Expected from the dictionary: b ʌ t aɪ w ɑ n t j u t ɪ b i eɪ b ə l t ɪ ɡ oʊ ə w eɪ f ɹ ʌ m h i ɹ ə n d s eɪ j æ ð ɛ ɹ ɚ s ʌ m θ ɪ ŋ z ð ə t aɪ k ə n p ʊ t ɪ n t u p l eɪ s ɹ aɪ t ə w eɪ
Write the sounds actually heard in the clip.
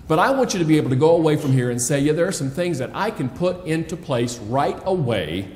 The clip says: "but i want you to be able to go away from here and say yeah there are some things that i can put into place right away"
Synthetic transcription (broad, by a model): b ʌ t aɪ w ɑ n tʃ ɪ t ɪ b i eɪ b l t ɪ ɡ oʊ ə w eɪ f ɹ ʌ m h i ɹ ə n s eɪ j æ ð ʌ ɹ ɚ s ʌ m θ ɪ ŋ z ð ə t aɪ k ə n p ʊ t ɪ n t u p l eɪ s ɹ aɪ t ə w eɪ